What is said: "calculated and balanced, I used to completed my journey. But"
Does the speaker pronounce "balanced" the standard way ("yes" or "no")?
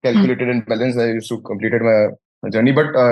no